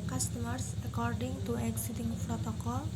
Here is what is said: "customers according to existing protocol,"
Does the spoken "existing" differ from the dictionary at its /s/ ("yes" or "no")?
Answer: yes